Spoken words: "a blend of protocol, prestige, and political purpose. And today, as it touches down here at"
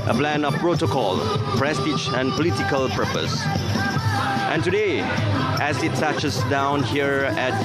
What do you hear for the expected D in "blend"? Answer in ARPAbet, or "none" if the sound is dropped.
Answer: none